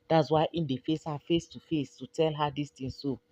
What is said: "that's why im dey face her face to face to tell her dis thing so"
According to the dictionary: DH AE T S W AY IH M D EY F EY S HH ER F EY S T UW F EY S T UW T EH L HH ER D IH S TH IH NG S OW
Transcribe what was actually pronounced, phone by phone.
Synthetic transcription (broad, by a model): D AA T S W AY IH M D EY F EY S HH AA F EY S T UW F EY S T UW T EH L HH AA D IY S T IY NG S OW